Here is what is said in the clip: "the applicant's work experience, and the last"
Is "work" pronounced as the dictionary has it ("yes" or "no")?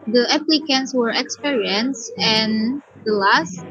no